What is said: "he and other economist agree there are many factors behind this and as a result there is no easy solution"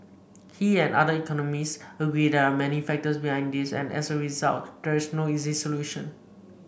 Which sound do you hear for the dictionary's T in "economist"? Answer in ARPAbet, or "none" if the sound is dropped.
none